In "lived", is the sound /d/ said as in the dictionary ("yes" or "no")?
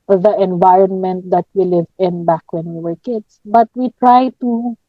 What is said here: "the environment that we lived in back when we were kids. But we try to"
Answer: no